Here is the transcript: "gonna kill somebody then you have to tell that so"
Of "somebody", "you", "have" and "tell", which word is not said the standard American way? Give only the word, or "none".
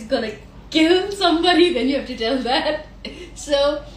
have